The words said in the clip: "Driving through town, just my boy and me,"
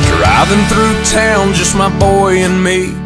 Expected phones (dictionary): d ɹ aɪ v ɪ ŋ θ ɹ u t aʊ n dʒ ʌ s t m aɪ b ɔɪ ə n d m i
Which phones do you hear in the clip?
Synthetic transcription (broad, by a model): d ɹ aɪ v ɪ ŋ θ ɹ u t aʊ n dʒ ʌ s t m aɪ b ɔɪ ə n m i